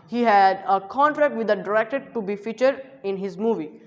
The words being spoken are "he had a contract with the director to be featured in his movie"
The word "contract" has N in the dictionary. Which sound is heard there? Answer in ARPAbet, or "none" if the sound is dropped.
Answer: N